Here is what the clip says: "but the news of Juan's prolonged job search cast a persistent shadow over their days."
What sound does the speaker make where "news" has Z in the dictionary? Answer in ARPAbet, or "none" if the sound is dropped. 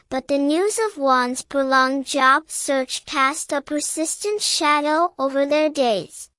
Z